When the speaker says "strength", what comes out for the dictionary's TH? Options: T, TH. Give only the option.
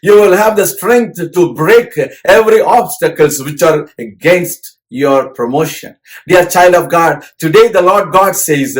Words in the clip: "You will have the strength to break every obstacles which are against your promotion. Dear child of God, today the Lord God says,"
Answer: T